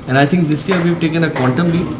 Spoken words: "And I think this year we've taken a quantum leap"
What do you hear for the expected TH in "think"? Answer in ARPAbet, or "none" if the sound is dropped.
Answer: T